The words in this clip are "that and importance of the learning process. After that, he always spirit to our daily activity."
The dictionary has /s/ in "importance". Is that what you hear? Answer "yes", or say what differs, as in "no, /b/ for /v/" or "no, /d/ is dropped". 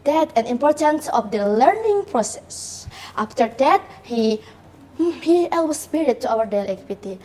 yes